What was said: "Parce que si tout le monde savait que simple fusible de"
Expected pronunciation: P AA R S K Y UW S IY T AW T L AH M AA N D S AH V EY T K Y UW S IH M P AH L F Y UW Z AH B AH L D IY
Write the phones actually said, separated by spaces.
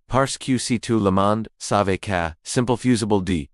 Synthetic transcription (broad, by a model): P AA R S K Y UW S IY T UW L AH M AA N D S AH V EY K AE S IH M P L F Y UW Z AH B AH L D IY